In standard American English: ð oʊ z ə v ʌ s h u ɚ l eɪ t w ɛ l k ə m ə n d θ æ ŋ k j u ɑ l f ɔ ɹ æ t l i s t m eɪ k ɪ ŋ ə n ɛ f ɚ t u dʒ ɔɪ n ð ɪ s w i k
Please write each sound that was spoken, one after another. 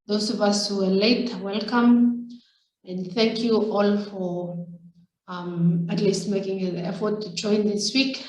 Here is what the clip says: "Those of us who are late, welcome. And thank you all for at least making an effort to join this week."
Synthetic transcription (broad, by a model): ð oʊ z ə v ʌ s h u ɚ l eɪ t w ɛ l k ə m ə n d θ æ ŋ k j u ɑ l f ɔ ɹ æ t l i s t m eɪ k ɪ ŋ ə n ɛ f ɚ t u dʒ ɔɪ n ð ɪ s w i k